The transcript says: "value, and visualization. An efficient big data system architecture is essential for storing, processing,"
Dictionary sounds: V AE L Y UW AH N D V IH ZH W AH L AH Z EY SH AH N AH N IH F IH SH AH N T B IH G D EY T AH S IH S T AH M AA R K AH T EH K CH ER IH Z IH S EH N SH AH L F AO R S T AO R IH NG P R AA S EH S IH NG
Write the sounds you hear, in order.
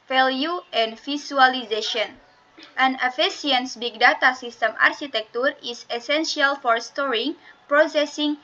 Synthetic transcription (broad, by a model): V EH L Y UW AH N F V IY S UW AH L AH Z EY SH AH N AH N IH F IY S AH N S B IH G D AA T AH S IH S T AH M AA R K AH T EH K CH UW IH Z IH S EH N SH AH L F AO R S T AO R IH NG P R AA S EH S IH NG